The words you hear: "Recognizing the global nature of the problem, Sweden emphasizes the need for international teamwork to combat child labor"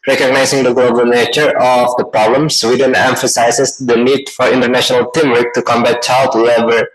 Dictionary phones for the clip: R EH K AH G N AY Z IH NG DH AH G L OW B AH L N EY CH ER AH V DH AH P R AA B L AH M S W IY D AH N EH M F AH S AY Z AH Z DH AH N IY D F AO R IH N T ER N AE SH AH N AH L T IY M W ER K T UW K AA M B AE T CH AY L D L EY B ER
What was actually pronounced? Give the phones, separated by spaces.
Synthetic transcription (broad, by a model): R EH K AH G N AY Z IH NG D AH G L OW B AH L N EY CH ER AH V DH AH P R AA B L AH M S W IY D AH N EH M F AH S AY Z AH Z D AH N IY D F AO R IH N T ER N AE SH AH N AH L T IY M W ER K T UW K AA M B AE T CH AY L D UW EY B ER